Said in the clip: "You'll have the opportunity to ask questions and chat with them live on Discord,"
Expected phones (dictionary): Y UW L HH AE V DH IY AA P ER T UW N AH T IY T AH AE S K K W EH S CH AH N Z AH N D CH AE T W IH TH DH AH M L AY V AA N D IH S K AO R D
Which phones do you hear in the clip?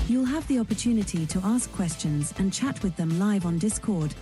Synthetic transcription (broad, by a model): Y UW L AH V DH IY AA P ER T UW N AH T IY T AH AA S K K W EH S CH AH N Z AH N CH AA T W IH DH AH M L AY V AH N D IH S K AO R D